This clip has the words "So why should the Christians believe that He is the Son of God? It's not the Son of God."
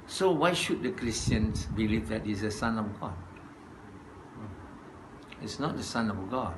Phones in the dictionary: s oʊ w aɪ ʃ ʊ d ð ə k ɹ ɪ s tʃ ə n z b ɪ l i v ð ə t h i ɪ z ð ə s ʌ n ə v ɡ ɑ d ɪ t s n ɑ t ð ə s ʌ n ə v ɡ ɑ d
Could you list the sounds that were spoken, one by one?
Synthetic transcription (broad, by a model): s oʊ w aɪ ʃ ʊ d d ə k ɹ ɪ s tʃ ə n s b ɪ l i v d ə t h i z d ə s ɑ n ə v ɡ ɑ d ɪ t s n ɑ t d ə s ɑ n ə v ɡ ɑ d